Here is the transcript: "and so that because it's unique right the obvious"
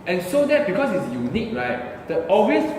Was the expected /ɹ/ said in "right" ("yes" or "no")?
yes